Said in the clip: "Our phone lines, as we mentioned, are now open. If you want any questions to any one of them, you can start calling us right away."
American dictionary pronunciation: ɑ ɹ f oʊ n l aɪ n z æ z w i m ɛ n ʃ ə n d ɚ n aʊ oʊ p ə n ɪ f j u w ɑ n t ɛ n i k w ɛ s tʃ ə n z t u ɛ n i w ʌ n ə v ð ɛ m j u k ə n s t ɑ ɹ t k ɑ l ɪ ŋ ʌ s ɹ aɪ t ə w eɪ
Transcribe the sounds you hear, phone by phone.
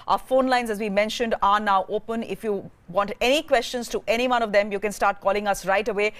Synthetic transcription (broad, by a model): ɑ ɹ f oʊ n l aɪ n z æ z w i m ɛ n ʃ ə n d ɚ n aʊ oʊ p ə n ɪ f j u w ɑ n t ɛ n i k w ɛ s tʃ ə n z t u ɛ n i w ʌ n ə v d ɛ m j u k ə n s t ɑ ɹ t k ɑ l ɪ ŋ ʌ s ɹ aɪ t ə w eɪ